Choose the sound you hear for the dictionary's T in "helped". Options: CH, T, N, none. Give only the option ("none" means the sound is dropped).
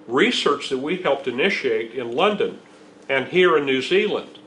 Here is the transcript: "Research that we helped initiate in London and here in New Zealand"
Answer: T